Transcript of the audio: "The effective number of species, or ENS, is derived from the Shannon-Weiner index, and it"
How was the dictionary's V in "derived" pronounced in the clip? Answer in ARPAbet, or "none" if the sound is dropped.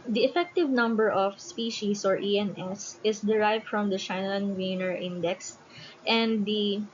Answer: V